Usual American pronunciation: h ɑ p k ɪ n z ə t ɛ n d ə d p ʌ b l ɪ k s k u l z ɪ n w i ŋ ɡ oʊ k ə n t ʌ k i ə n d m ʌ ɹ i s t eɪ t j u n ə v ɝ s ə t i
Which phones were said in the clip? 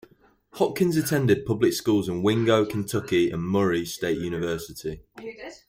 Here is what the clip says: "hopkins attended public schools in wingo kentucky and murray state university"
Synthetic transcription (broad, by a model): h ɑ k ɪ n z ə t ɛ n d ə d p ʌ b l ɪ k s k u l z ɪ n w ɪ ŋ ɡ oʊ k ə n t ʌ k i ə n m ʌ ɹ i s t eɪ t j u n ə v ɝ s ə t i